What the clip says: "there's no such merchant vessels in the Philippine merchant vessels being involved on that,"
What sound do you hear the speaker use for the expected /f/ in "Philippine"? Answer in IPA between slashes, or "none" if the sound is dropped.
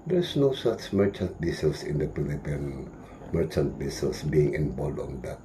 /p/